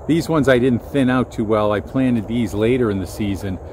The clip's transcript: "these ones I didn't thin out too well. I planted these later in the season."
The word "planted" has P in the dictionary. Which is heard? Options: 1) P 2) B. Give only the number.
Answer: 1